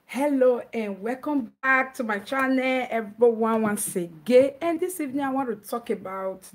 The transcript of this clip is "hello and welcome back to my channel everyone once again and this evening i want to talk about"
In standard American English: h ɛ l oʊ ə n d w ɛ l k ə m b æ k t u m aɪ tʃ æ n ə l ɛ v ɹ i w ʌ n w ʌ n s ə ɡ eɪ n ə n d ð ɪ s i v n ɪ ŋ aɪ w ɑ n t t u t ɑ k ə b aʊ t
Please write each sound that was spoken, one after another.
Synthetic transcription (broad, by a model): h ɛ l oʊ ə n w ɛ l k ə m b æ k t u m aɪ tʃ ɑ n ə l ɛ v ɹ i w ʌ n w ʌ n s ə ɡ eɪ ə n d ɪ s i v n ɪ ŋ aɪ w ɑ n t t u t ɑ k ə b aʊ t